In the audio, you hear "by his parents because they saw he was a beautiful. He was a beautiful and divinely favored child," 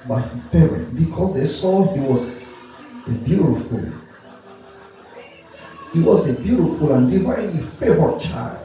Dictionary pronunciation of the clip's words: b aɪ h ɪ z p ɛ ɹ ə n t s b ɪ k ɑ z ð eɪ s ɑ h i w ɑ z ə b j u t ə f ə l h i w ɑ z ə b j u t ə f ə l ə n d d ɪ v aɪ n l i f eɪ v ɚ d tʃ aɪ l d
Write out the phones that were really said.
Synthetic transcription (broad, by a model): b aɪ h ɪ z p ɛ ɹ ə n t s b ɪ k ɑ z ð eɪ s ɑ h i w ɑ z ə b j u t ə f ə l h i w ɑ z ə b j u t ə f ə l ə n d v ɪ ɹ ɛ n i f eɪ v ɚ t tʃ aɪ l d